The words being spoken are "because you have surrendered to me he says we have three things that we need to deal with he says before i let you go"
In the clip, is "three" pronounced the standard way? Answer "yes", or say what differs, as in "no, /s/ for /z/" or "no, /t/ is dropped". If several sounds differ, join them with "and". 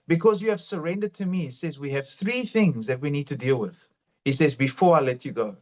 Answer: yes